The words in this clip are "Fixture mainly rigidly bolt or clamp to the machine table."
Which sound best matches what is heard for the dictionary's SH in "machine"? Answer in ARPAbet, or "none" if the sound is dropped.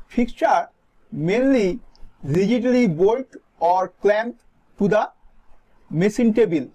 S